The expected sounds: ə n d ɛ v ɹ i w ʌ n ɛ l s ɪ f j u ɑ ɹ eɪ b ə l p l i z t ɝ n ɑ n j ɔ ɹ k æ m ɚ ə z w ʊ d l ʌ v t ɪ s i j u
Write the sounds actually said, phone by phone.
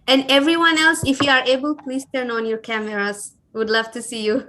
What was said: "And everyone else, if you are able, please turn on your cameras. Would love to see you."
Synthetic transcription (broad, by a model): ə n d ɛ v ɹ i w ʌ n ɛ l s ɪ f j u ɑ ɹ eɪ b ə l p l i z t ɝ n ɑ n j ɔ ɹ k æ m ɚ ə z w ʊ d l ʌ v t ɪ s i j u